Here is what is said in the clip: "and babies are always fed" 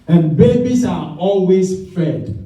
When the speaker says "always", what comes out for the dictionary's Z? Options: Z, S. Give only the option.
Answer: S